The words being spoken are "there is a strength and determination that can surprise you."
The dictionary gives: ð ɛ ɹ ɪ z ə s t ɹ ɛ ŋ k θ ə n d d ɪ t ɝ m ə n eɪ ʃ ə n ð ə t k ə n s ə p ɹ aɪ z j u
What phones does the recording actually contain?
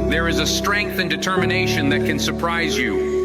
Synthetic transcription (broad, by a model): ð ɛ ɹ ɪ z ə s t ɹ ɛ ŋ k θ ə n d d ɪ t ɝ m ə n eɪ ʃ ə n ð ə t k ə n s ə p ɹ aɪ z j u